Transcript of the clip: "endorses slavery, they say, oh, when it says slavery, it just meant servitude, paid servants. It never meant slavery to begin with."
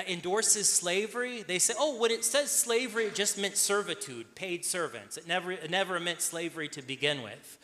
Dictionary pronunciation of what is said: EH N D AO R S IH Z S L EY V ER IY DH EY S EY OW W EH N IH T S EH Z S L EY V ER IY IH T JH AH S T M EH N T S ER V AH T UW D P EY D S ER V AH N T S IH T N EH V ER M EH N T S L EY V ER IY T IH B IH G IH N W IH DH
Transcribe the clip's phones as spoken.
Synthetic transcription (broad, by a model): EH N D AO R S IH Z S L EY V ER IY DH EY S EY OW W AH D IH T S EH Z S L EY V ER IY IH T JH AH S T M EH N T S ER V AH T UW D P EY D S ER V AH N T S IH T N EH V ER M EH N T S L EY V ER IY T IH B IH G IH N W IH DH